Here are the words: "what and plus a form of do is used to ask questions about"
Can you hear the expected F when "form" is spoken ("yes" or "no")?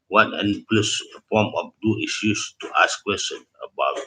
no